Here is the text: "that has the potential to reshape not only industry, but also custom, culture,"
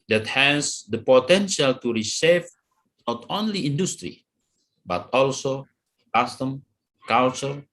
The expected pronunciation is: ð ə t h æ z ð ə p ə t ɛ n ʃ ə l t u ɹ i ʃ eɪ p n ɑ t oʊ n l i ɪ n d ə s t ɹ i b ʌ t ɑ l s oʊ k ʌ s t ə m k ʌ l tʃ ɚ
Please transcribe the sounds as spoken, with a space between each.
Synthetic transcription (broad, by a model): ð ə t h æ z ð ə p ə t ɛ n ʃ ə l t u ɹ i s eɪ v n ɑ t oʊ n l i ɪ n d ə s t ɹ i b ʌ t ɑ l s oʊ k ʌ s t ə m k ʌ l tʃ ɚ